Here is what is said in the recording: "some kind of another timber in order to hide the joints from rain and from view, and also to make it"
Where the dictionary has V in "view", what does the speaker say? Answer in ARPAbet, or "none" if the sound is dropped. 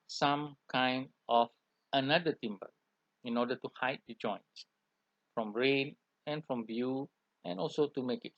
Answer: B